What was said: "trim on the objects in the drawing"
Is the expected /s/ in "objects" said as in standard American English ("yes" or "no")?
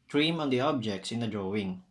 yes